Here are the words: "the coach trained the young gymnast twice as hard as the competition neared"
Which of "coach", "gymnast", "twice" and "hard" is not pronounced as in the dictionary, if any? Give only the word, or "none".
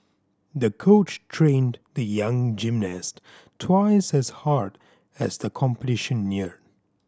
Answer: none